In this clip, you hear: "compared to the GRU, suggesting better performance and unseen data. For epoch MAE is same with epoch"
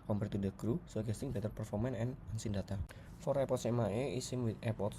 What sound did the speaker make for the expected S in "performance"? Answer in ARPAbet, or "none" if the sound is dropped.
none